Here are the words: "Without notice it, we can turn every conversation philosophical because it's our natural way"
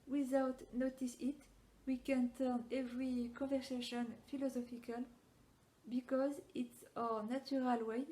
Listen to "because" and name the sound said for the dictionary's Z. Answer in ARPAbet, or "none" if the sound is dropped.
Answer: Z